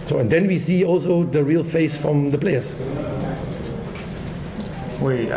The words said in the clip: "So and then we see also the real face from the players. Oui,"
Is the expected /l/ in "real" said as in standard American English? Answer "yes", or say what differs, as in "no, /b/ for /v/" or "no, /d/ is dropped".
yes